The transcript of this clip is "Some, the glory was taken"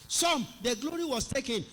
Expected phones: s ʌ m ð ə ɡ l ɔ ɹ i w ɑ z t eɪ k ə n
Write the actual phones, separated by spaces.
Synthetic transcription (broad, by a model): s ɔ m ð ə ɡ l ɔ ɹ i w ɑ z t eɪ k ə n